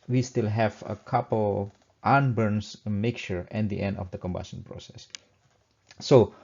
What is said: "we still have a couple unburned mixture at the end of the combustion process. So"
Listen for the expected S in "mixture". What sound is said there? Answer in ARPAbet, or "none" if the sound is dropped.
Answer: none